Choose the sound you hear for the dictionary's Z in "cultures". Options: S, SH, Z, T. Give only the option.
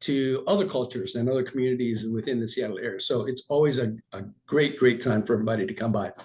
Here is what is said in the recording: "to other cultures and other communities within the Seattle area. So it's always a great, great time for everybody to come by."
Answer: Z